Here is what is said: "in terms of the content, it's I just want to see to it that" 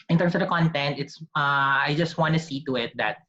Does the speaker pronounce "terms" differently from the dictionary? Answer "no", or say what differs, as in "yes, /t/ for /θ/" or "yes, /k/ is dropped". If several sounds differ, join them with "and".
yes, /s/ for /z/